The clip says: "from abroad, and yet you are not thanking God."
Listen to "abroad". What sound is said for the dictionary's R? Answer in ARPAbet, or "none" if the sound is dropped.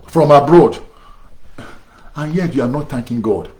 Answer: R